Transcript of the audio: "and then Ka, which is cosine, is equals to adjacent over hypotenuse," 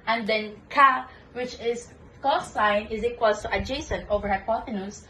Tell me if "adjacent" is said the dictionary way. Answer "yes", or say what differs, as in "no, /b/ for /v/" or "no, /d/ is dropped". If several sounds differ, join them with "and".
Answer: yes